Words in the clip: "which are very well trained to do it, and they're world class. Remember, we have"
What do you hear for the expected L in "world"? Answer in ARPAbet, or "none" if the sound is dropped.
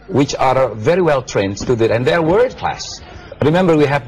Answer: none